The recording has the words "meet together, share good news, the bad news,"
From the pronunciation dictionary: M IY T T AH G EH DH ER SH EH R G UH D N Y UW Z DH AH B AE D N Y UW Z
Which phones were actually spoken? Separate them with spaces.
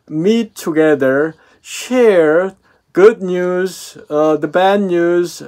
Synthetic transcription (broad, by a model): M IY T T AH G EH DH ER SH EH R G UH D N Y UW Z DH AH B AE D N Y UW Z